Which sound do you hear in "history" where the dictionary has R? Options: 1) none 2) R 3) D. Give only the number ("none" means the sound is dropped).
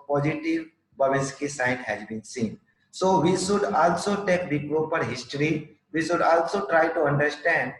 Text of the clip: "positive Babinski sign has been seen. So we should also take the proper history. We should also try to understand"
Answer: 2